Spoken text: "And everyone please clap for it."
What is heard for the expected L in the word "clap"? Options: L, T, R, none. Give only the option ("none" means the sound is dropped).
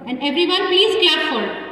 none